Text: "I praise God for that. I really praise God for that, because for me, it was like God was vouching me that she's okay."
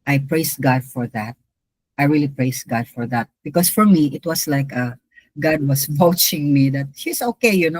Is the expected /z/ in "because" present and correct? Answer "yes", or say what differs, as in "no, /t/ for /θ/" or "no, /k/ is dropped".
no, /s/ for /z/